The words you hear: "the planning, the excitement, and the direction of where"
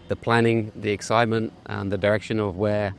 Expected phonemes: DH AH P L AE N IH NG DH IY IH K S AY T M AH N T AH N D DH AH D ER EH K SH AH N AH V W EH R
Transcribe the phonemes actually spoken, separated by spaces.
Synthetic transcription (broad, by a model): DH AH P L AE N IH NG DH IY IH K S AY T M AH N T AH N DH AH D ER EH K SH AH N AH V W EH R